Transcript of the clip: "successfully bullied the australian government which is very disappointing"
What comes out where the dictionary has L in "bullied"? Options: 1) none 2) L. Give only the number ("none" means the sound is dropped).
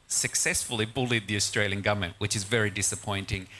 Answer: 2